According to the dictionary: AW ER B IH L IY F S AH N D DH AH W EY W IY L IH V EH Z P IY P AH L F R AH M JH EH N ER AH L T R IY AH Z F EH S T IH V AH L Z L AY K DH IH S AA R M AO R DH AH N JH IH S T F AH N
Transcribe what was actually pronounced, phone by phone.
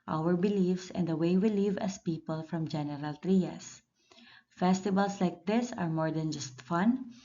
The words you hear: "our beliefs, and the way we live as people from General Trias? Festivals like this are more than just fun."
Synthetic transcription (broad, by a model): AW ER B IH L IY F S AH N D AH W EY W IY L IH V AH S P IY P AH L F R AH M JH EH N ER AH L T R IY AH S F EH S T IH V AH L S L AY K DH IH S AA R M AO R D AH N JH IH S T F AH N